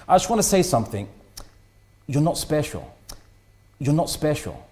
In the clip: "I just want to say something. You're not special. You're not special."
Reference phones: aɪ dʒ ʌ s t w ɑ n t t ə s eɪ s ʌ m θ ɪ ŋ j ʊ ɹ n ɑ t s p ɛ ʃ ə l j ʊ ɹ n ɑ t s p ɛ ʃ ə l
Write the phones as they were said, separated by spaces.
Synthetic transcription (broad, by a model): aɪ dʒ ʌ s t w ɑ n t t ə s eɪ s ʌ m θ ɪ ŋ j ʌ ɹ n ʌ t s p ɛ ʃ ə l j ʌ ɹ n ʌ t s p ɛ ʃ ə l